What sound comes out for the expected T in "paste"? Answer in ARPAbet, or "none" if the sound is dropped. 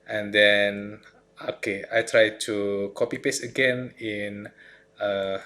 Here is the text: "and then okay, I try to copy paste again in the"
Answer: none